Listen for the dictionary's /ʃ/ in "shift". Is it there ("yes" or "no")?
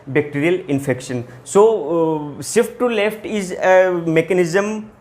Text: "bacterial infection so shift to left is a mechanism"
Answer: no